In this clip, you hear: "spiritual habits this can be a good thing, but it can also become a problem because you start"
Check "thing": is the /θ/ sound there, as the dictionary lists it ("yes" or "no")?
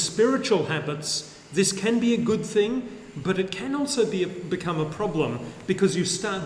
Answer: yes